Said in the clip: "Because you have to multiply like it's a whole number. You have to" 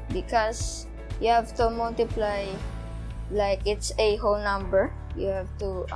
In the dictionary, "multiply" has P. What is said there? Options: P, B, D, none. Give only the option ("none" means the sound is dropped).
P